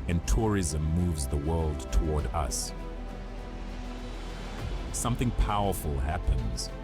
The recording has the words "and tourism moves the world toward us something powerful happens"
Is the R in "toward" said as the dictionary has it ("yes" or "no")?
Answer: yes